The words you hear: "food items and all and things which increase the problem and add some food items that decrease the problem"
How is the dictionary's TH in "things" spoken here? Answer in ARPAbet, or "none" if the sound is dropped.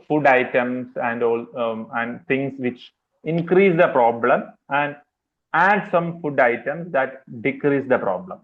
T